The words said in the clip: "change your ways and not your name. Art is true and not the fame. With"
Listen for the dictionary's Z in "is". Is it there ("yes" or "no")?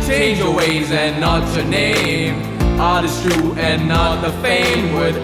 no